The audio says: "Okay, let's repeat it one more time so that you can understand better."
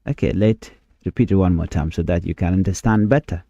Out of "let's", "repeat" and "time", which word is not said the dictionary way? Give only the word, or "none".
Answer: let's